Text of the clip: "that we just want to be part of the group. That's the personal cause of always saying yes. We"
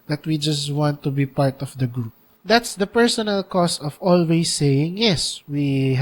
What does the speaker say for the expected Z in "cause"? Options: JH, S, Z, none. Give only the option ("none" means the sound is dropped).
S